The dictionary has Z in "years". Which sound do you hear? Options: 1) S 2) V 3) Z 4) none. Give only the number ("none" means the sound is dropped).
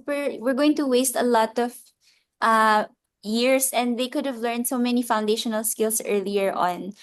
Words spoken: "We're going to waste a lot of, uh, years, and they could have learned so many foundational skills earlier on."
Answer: 1